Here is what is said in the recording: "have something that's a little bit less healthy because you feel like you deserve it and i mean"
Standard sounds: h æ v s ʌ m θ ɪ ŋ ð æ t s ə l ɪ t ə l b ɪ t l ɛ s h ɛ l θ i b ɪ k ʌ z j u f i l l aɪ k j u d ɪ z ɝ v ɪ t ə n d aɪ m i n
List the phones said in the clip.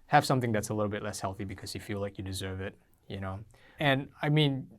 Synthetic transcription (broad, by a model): h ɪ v s ʌ m θ ɪ ŋ ð æ t s ə l ɪ t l b ɪ t l ɛ s h ɛ l θ i b ɪ k ʌ z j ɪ f i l l aɪ k j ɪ d ɪ z ɝ v ɪ t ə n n aɪ m i n